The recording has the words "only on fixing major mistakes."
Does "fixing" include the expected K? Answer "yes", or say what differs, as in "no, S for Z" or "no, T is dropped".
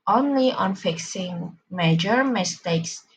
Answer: yes